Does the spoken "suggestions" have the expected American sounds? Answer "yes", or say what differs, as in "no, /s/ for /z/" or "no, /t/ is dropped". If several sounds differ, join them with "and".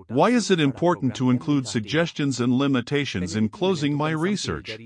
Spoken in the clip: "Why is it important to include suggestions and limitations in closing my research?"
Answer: yes